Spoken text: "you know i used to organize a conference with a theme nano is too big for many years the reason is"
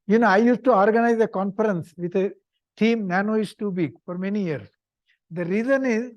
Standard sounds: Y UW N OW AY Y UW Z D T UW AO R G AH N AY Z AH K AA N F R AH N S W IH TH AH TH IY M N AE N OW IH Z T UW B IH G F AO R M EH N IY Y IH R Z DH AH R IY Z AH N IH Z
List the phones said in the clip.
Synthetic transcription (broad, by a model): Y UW N OW AY Y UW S T UW AO R G AH N AY Z AH K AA N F R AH N S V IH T AH T IY M N AE N OW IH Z T UW B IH G F AO R M EH N IY Y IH R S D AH R IY Z AH N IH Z